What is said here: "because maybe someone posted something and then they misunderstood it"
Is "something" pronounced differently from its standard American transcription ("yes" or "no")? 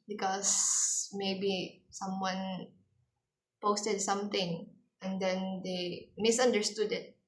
yes